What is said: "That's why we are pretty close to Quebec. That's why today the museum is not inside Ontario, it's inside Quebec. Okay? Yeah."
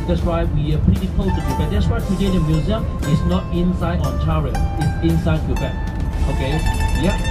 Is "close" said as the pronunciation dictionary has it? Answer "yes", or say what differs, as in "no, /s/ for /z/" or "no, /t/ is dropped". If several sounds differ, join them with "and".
no, /l/ is dropped